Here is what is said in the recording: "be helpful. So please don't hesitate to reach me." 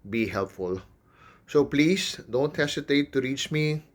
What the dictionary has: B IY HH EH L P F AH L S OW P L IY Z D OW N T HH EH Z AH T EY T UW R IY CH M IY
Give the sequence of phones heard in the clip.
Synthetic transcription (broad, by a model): B IY HH EH L P F AH L S OW P L IY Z D OW N T HH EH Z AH T EY T UW R IY CH M IY